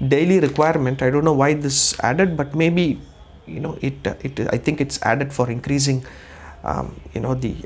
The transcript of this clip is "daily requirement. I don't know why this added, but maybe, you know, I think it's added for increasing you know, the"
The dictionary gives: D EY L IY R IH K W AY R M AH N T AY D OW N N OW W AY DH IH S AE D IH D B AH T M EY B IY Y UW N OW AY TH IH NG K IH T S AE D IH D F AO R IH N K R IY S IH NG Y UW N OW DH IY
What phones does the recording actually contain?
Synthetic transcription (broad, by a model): D EY L IY R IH K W AY R M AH N T AY D OW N N OW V AY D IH S AE D IH D B AH T M EY B IY Y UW N OW AY T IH NG K IH T S AE D IH D F AO R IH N K R IY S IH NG Y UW N OW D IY